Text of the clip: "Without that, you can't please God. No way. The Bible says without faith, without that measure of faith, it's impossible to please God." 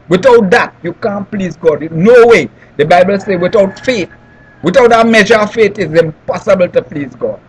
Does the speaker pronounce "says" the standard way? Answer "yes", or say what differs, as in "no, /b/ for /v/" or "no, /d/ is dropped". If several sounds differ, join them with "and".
no, /z/ is dropped